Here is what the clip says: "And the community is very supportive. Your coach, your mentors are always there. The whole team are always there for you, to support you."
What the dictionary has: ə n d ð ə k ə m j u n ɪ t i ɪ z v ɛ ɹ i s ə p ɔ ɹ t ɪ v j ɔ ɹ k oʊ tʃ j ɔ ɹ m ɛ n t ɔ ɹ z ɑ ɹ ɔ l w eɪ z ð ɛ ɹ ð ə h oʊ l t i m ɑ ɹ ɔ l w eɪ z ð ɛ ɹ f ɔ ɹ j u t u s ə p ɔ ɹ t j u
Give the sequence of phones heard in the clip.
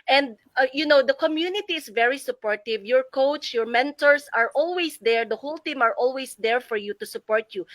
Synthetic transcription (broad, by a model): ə n d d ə k ə m j u n ɪ t i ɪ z v ɛ ɹ i s ə p ɔ ɹ t ɪ v j ɔ ɹ k oʊ tʃ j ɔ ɹ m ɛ n t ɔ ɹ s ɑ ɹ ɔ l w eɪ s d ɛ ɹ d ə h oʊ l t i m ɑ ɹ ɔ l w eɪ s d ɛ ɹ f ɔ ɹ j u t u s ə p ɔ ɹ t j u